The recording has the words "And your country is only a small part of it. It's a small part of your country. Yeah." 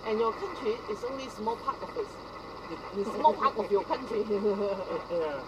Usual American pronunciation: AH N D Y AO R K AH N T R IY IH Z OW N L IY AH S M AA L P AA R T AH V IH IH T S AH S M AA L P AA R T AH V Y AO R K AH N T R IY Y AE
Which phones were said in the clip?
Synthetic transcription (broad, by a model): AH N Y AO K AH N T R IY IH S OW N L IY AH S M AA L P AA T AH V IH IH T S AH S M AA L P AA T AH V Y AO K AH N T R IY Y